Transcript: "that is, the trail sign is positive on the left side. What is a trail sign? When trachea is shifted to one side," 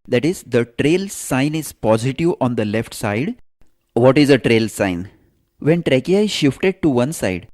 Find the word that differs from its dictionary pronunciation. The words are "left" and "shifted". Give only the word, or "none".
none